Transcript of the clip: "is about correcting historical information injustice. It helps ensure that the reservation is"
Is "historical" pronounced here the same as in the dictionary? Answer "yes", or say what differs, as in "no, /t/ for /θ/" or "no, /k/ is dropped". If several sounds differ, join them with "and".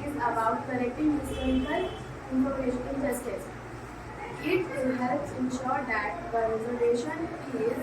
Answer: no, /k/ is dropped